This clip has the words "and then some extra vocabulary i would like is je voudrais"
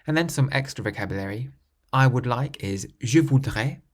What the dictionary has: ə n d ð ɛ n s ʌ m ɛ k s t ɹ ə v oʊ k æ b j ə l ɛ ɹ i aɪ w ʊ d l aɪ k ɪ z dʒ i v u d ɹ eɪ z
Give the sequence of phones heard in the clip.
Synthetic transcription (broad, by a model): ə n ð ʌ n s ʌ m ɛ k s t ɹ ə v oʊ k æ b j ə l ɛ ɹ i aɪ w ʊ d l aɪ k ɪ z ʒ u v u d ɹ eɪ